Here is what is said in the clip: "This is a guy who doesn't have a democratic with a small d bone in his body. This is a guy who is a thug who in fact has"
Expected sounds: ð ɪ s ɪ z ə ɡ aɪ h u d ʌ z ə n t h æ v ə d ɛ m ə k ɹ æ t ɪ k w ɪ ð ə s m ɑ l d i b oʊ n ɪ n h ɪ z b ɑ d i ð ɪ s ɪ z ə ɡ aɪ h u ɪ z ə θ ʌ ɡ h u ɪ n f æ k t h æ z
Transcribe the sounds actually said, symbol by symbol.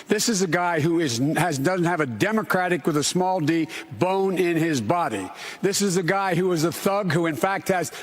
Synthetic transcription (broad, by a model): ð ɪ s ɪ z ə ɡ aɪ h u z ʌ z ə n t h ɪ v ə d ɛ m ə k ɹ æ t ɪ k w ɪ ð ə s m ɑ l d i b oʊ n ɪ n ɪ z b ɑ d i ð ɪ s ɪ z ə ɡ aɪ h u ɪ z ə θ ʌ ɡ h u ɪ n f æ k t h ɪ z